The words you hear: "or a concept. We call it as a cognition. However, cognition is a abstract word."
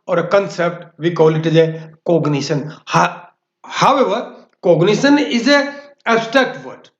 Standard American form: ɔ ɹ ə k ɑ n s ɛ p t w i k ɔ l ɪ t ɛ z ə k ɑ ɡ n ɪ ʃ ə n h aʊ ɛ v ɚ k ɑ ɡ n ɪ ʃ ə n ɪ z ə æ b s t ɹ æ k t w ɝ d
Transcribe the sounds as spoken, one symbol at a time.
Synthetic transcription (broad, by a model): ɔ ɹ ə k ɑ n s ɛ p t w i k ɔ l ɪ t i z ə k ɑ ɡ n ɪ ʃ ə n h aʊ ɛ v ɚ k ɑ ɡ n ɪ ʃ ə n ɪ z ə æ s t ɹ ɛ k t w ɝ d